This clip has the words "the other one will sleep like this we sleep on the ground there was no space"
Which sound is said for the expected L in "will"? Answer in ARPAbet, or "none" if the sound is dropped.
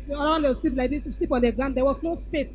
W